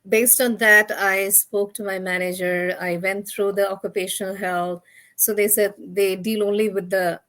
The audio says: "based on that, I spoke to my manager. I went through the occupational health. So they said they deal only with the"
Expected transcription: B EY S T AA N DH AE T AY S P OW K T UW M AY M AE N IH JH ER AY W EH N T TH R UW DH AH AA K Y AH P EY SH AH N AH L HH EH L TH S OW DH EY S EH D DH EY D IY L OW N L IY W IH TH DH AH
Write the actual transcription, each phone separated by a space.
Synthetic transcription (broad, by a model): B EY S T AA N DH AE T AY S P OW K T UW M AY M AE N IH JH ER AY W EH N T T R UW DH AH AA K Y AH P EY SH AH N AH L HH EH L T S OW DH EY S EH D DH EY D IY L OW N L IY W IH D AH